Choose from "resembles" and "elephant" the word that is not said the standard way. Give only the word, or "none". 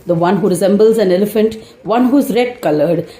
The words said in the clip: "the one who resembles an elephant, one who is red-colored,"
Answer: none